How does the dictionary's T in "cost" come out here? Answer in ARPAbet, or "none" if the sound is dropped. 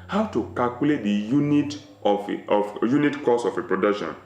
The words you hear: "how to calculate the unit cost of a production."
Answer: none